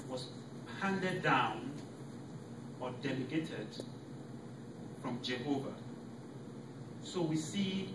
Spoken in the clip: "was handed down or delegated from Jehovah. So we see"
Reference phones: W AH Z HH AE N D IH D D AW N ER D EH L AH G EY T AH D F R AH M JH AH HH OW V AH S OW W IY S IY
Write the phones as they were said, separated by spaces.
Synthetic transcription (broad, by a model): W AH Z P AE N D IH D D AW N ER D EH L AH G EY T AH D F R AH M JH AH HH OW V AH S OW W IY S IY